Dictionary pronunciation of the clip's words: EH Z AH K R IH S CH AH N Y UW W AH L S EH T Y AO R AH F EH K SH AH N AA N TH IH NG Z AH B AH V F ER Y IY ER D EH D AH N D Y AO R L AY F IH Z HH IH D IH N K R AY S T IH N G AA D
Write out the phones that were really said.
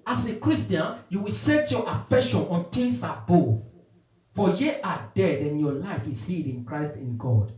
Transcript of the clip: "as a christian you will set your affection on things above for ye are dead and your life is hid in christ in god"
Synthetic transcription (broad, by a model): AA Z AH K R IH S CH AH N Y UW W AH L S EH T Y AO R AH F EH K SH AH N AA N T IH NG S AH B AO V F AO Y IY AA D EH D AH N Y AO L AY F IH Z HH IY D IH N K R AY S T IH N G AA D